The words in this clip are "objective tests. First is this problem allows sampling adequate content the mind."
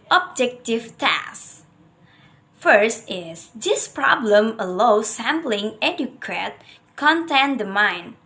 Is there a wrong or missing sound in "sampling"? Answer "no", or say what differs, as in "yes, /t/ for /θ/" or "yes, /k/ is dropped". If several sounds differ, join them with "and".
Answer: no